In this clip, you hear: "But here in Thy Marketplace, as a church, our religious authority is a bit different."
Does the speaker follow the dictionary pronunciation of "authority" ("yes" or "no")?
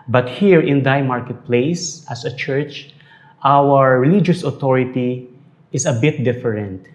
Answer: no